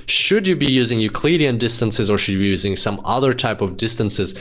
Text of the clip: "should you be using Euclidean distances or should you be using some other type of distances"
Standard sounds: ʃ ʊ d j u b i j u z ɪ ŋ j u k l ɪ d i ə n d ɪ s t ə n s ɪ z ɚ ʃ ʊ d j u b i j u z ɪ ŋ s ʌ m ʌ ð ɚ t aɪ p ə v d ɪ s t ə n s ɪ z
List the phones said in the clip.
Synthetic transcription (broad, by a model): ʃ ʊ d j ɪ b i j u z ɪ ŋ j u k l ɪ d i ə n d ɪ s t ə n s ɪ z ɚ ʃ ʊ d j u b i j u z ɪ ŋ s ʌ m ʌ ð ɚ t aɪ p ə v d ɪ s t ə n s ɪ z